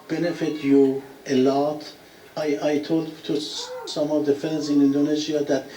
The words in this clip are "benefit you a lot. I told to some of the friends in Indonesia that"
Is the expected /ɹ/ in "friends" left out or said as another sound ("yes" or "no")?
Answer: yes